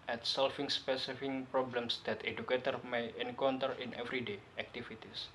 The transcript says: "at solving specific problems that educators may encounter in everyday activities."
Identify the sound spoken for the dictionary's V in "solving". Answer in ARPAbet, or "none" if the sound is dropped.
F